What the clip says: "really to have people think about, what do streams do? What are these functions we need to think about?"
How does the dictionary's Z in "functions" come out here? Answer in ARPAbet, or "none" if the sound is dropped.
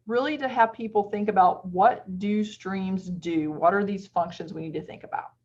Z